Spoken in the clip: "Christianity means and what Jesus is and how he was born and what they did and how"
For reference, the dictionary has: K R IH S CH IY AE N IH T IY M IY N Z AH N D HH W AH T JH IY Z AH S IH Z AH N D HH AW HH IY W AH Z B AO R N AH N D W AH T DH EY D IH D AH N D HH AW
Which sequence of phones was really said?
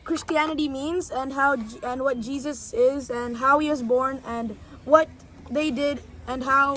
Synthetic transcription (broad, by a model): K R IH S CH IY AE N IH T IY M IY N Z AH N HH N W AH T JH IY Z AH S IH Z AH N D HH AW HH IY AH Z B AO R N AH N W AH T DH EY D IH D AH N HH AW